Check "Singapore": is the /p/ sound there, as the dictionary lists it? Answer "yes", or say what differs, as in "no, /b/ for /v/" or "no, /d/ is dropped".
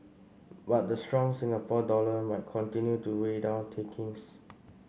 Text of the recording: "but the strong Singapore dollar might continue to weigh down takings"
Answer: no, /f/ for /p/